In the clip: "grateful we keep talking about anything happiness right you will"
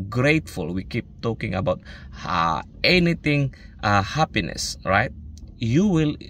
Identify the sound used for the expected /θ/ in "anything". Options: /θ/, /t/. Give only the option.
/t/